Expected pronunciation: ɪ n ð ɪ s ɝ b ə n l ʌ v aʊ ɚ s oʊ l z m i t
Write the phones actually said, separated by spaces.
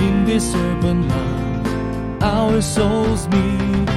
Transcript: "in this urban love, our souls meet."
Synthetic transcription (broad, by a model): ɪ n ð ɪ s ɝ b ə n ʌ aʊ ɚ s oʊ l z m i